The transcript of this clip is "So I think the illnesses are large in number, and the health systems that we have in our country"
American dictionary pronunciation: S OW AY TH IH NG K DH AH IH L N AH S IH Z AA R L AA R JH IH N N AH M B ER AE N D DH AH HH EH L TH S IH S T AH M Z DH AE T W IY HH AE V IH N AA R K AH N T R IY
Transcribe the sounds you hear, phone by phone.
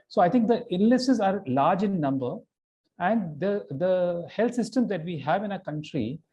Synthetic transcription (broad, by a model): S OW AY T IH NG K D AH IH N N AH S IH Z AA R L AA R JH IH N N AH M B ER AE N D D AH HH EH L T S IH S T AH M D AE T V IY HH AE V IH N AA K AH N T R IY